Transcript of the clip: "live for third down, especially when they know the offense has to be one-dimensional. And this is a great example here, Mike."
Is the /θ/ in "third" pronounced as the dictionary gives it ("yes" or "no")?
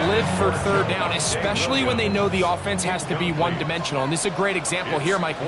yes